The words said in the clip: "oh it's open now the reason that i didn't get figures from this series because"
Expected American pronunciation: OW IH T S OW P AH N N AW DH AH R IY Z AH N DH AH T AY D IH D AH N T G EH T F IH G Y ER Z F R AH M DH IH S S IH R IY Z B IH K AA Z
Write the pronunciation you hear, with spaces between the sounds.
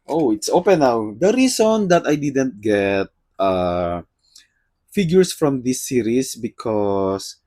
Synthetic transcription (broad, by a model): OW IH T S OW P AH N N AW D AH R IY S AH N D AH T AY D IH D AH N T G EH T F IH G Y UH S F R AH M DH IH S S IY R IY S B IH K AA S